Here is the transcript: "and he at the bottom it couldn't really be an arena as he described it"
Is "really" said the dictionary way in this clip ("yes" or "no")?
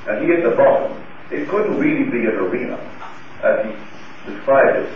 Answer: yes